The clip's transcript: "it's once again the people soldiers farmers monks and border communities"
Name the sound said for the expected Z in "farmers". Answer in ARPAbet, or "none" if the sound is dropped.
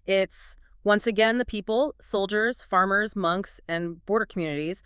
Z